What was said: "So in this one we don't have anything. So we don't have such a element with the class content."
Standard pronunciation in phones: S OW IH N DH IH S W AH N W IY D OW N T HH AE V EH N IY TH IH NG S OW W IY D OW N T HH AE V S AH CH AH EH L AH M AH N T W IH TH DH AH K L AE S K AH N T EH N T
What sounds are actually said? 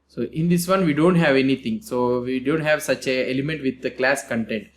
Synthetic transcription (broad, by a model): S OW IH N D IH S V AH N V IY D OW N T HH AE V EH N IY T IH NG S OW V IY D OW N T HH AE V S AH CH AH EH L AH M AH N T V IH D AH K L AE S K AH N T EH N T